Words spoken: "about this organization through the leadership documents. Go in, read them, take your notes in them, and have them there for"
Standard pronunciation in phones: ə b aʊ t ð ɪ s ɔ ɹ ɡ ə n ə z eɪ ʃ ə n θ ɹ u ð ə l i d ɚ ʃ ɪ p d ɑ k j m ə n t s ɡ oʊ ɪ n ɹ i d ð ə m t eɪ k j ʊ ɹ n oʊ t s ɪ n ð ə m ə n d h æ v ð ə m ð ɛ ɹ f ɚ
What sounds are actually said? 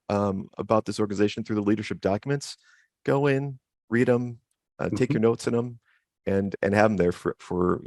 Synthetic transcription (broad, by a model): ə b aʊ t ð ɪ s ɔ ɹ ɡ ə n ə z eɪ ʃ n θ ɹ u ð ə l i d ɚ ʃ ɪ p d ɑ k j m ə n t s ɡ oʊ ɪ n ɹ i d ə m t eɪ k j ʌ ɹ n oʊ t s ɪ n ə m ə n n h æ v ð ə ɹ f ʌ ɹ f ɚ